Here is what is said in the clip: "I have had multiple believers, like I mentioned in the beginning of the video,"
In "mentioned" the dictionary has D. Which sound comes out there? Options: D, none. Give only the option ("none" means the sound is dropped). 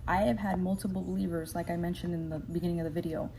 D